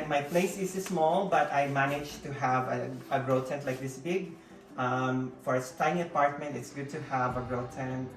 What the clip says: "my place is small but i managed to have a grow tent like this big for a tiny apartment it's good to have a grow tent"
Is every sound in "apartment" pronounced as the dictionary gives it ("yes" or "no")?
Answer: yes